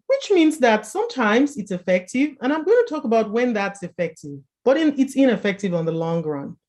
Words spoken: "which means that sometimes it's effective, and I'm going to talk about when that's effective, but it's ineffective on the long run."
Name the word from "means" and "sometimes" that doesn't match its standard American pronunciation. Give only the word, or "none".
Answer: none